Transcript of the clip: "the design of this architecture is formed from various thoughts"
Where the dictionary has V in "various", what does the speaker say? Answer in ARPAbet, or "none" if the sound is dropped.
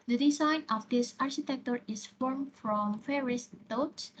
F